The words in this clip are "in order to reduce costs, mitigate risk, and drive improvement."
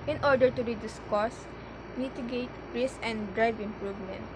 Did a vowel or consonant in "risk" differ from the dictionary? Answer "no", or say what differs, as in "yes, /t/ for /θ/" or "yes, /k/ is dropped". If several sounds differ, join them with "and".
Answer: yes, /k/ is dropped